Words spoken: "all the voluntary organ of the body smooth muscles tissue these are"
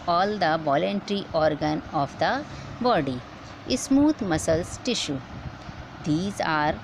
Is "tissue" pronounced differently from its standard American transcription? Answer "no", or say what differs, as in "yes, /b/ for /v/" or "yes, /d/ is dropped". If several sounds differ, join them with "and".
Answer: no